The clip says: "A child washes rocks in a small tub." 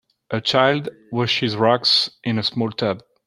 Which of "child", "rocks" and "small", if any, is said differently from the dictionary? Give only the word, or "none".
none